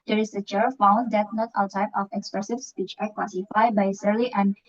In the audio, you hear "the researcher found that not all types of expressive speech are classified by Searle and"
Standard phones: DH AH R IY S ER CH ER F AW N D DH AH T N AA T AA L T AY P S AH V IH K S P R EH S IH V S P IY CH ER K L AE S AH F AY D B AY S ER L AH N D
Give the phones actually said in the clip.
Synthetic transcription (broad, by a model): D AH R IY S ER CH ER F AW N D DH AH T N AA T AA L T AY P AH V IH K S P R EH S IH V S P IY CH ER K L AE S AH F AY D B AY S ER L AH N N